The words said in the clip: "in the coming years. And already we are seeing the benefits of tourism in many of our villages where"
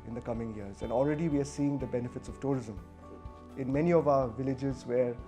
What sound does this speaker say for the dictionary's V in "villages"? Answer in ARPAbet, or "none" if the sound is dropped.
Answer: V